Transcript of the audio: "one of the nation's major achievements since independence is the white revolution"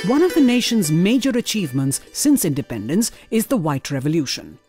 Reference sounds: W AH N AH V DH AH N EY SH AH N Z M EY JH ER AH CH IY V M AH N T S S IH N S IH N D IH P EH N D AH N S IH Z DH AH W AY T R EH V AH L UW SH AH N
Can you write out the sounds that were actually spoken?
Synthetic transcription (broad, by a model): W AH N AH V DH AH N EY SH AH N Z M EY JH ER AH CH IY V M AH N T S S IH N S IH N D IH P EH N D AH N S IH Z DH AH W AY T R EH V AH L UW SH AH N